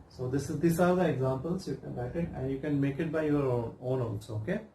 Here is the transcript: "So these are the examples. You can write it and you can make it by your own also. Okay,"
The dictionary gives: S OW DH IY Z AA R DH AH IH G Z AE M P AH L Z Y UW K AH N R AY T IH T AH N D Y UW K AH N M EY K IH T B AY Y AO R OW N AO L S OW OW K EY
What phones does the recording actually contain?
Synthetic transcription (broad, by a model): S OW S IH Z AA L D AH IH G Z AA M P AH L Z Y UW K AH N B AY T IH T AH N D Y UW K AH N M EY K IH T B AY Y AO R OW N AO N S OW OW K EY